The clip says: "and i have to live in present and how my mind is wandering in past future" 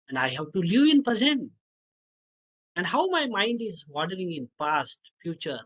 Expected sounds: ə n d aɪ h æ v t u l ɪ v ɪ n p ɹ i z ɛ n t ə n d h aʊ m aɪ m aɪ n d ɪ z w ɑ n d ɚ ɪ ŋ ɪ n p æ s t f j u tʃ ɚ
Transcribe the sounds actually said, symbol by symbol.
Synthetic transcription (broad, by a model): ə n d aɪ h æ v t u l ɪ v ɪ n p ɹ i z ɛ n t ə n d h aʊ m aɪ m aɪ n d ɪ z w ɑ d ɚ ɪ ŋ ɪ n p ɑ s t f j u tʃ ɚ